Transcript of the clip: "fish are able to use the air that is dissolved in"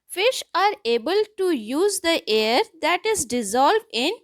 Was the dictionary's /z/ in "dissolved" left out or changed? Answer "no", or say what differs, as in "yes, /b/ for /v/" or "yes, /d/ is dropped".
no